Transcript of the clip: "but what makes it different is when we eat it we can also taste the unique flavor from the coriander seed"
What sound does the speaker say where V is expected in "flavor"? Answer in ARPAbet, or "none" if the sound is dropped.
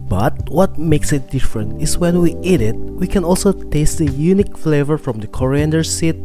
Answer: V